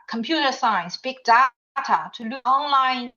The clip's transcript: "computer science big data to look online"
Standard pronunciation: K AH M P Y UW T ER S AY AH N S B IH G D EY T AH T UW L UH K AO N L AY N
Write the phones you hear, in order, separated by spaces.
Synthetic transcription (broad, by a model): K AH M P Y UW T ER S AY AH N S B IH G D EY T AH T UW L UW AO N L AY N